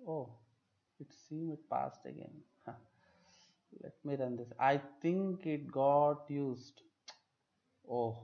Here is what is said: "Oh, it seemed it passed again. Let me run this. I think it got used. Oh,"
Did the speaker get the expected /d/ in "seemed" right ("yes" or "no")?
no